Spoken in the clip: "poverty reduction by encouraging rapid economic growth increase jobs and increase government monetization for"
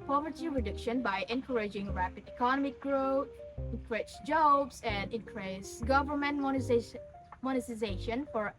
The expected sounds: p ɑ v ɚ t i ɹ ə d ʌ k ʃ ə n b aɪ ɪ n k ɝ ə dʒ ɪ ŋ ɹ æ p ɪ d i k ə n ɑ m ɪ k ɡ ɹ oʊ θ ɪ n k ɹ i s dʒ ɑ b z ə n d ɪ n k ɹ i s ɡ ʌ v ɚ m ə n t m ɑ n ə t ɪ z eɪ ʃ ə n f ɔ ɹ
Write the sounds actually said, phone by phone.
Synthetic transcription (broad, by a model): p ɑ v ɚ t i ɹ ə d ʌ k ʃ ə n b aɪ ɪ n k ɝ ə dʒ ɪ ŋ ɹ æ p ɪ d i k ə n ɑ m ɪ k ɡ ɹ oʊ t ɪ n k ɹ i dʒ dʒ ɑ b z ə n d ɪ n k ɹ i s ɡ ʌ v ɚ m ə n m m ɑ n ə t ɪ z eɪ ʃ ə n f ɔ ɹ